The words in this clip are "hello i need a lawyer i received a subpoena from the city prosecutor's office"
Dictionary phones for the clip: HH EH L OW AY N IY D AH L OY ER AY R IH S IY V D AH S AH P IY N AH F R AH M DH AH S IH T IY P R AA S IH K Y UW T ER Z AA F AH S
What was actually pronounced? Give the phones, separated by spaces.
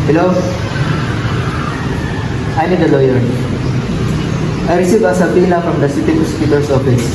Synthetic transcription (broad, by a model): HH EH L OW AY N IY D AH L OY ER AY R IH S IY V AH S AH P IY L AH F R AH M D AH S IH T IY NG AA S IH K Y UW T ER S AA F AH S